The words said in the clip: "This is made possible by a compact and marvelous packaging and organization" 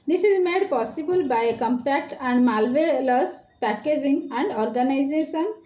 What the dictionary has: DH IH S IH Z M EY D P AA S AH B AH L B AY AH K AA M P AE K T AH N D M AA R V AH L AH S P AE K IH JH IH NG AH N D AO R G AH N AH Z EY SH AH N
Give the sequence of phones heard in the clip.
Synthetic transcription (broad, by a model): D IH S IH Z M EY D P AA S AH B AH L B AY AH K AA M P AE K T AH N D M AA L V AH L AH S P AE K IH JH IH NG AH N D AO R G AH N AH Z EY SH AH N